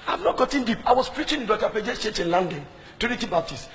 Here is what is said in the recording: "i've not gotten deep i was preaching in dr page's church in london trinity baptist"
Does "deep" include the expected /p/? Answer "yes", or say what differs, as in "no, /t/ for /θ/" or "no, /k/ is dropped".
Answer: yes